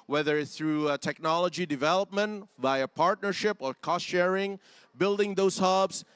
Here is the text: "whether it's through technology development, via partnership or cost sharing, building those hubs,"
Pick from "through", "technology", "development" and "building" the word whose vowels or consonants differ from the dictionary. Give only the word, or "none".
none